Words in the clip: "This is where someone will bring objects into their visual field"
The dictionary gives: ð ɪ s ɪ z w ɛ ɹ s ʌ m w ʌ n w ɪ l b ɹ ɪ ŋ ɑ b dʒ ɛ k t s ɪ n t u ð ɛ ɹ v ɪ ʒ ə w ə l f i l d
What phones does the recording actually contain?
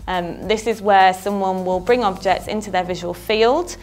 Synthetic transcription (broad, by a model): ð ɪ s ɪ z w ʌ s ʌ m w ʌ n w ɪ l b ɹ ɪ ŋ ɑ b dʒ ɛ k t s ɪ n t u ð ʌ v ɪ ʒ ə w ə l f i l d